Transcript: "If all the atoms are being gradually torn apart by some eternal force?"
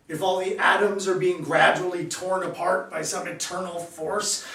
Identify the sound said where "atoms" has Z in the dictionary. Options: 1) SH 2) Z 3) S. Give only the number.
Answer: 2